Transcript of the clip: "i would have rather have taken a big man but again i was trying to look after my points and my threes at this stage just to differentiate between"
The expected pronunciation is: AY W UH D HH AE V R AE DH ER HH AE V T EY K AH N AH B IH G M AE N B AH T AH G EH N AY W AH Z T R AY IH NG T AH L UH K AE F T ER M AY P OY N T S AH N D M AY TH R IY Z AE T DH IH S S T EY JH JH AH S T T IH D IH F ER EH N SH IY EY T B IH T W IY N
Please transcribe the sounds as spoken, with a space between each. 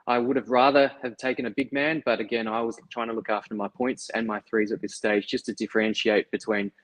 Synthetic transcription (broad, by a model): AY W UH D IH V R AE DH ER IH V T EY K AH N AH B IH G M AE N B AH T AH G EH N AY W AH Z T R AY IH NG T AH L UH K AE F T ER M AY P OY N T S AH N M AY TH R IY Z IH T DH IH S S T EY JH JH AH S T T IH D IH F ER EH N SH IY EY T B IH T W IY N